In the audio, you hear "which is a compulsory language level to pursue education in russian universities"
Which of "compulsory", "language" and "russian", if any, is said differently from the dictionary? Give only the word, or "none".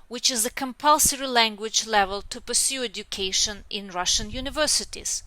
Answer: none